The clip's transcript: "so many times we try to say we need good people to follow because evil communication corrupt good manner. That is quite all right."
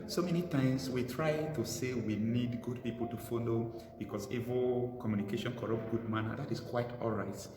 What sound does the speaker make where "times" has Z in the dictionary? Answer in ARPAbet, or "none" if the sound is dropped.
S